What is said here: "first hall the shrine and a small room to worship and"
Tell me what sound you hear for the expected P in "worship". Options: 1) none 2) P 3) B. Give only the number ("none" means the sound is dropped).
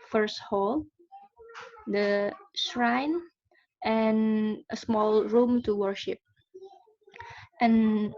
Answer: 2